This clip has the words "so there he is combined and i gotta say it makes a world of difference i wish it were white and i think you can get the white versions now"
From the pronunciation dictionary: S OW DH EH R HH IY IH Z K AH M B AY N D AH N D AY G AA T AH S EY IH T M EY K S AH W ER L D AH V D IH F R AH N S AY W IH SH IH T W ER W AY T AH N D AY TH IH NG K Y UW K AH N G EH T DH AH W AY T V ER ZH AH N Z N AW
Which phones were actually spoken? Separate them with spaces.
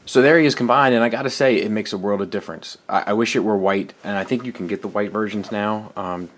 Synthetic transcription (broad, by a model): S OW DH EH R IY IH Z K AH M B AY N D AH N AY G AA T AH S EY IH T M EY K S AH W ER L D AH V D IH F R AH N S AY W IH SH IH T W ER W AY T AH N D AY TH IH NG K Y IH K N G EH T DH AH W AY T V ER ZH AH N Z N AW